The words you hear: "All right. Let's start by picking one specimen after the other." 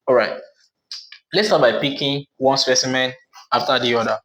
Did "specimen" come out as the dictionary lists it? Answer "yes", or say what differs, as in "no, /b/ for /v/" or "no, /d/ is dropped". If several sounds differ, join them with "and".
yes